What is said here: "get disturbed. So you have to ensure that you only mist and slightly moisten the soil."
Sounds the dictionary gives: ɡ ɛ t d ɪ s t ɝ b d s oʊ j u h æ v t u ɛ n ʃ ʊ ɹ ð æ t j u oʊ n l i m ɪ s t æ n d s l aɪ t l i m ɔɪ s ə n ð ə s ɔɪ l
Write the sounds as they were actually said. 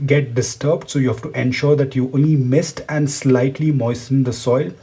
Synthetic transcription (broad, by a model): ɡ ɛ t d ɪ s t ɝ b d s oʊ j u h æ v t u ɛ n ʃ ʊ ɹ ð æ t j u oʊ n l i m ɪ s t æ n d s l aɪ t l i m ɔɪ s ə n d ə s ɔɪ l